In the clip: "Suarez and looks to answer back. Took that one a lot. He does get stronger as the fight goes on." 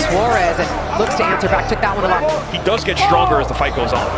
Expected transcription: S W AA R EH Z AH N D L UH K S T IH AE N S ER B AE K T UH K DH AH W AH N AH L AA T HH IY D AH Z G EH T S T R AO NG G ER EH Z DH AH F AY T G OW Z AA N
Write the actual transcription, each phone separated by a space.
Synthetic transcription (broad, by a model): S W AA R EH Z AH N L UH K S T IH AE N S ER B AE K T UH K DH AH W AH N AH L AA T HH IY D AH Z G EH T S T R AO NG G ER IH Z DH AH F AY T G OW Z N